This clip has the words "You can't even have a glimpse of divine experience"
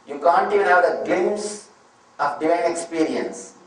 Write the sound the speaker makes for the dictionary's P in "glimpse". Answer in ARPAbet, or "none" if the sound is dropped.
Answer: none